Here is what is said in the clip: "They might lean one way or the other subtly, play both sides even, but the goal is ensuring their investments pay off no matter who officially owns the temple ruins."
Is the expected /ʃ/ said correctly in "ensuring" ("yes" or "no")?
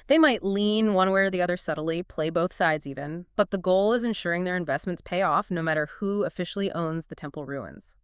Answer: yes